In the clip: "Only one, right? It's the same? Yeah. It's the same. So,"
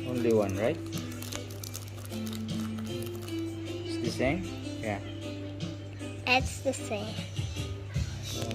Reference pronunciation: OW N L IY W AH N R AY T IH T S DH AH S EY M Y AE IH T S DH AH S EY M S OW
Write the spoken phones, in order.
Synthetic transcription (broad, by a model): OW N L IY W AH N R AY IH T S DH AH S EY M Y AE IH T S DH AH S EY M